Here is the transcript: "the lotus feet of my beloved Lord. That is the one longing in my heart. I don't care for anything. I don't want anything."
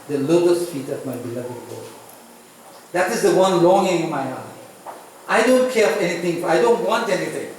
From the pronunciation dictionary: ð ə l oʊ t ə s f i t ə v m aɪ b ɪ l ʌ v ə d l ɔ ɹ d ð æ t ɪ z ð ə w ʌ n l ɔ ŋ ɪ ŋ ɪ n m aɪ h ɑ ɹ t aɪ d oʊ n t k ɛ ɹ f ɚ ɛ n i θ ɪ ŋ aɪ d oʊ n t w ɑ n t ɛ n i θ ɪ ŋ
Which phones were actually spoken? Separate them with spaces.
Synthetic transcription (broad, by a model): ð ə l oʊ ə s f i t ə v m aɪ b ɪ l ʌ v ə d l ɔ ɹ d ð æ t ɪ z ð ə w ʌ n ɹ ɔ ŋ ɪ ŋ ɪ n m aɪ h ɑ t aɪ d oʊ n t k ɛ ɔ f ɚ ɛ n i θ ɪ ŋ aɪ d oʊ n t w ɑ n t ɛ n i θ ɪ ŋ